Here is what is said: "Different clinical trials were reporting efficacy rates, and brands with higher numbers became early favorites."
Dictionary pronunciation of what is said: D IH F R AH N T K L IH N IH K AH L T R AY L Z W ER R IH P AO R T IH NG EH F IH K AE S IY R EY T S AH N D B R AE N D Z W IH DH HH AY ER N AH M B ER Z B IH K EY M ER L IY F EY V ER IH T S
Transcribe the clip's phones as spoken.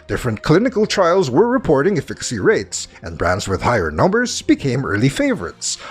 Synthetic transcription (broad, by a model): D IH F R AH N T K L IH N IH K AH L T R AY L Z W ER R IH P AO R T IH NG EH F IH K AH S IY R EY T S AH N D B R AE N D Z W IH DH HH AY ER N AH M B ER Z B IH K EY M ER L IY F EY V ER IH T S